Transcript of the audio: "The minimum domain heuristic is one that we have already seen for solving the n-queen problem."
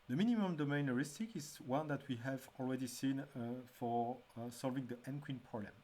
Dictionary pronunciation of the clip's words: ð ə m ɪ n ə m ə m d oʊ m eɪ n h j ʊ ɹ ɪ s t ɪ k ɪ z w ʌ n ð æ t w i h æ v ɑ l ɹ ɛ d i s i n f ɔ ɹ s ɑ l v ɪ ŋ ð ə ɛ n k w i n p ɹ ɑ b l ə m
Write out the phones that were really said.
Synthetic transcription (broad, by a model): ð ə m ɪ n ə m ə m d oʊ m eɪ n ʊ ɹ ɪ s t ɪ k ɪ z w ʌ n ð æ t w i h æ v ɑ l ɹ ɛ d i s i n f ɔ ɹ s ɑ l v ɪ ŋ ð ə ɛ n k w i n p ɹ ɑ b l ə m